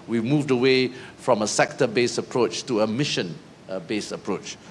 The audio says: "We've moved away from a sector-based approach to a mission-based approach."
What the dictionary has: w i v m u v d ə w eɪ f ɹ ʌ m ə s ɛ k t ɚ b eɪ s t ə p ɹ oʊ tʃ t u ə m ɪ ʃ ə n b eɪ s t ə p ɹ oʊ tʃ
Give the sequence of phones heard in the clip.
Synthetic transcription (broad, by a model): w i m u v d ə w eɪ f ɹ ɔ m ə s ɛ k t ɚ b eɪ s ə p ɹ oʊ tʃ t u ə m ɪ ʃ ə n b eɪ s ə p ɹ oʊ tʃ